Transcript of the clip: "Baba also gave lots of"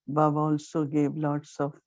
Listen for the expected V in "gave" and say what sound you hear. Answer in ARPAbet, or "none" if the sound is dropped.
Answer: B